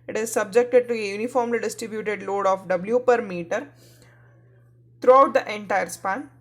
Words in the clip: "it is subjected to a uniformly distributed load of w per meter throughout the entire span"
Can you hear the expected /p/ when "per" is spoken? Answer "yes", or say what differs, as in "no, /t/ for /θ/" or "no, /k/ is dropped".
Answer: yes